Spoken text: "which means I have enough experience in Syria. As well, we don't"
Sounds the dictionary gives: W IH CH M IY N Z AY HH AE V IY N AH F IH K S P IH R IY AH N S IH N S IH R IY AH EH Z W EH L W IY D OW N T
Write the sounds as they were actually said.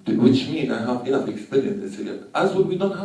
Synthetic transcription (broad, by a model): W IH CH M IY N AY HH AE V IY AH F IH K S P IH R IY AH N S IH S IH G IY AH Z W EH N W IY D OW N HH